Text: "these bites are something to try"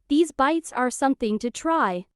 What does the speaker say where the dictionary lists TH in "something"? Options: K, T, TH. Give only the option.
TH